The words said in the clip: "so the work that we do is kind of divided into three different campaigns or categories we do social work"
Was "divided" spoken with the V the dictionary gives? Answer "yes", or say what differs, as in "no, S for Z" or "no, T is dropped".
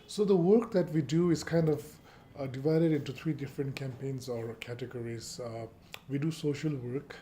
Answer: yes